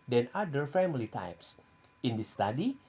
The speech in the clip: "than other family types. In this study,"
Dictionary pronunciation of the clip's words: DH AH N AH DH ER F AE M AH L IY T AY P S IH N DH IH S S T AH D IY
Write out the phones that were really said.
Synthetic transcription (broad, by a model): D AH N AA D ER F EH M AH L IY T AY P S IH N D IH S S T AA D IY